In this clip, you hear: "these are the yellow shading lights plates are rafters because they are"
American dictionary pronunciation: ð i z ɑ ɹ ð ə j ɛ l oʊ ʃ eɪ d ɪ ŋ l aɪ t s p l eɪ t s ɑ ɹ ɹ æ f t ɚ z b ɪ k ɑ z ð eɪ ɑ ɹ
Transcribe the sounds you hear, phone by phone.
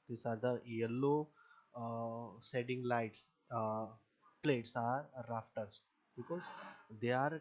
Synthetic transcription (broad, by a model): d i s ɑ ɹ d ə j ɛ l oʊ s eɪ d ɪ ŋ l aɪ t s p l eɪ t s ɑ ɹ ɹ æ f t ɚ s b ɪ k ɑ z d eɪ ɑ ɹ